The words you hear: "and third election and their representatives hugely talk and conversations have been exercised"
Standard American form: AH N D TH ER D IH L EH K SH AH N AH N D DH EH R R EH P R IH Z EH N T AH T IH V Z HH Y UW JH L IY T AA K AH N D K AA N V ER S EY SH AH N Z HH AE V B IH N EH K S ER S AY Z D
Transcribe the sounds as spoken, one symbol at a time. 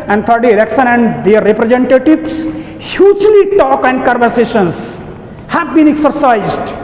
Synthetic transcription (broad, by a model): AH N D T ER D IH L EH K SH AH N AH N D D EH R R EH P R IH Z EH N T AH T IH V S HH Y UW JH L IY T AA K AH N D K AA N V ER S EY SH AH N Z HH AE V B IH N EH K S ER S AY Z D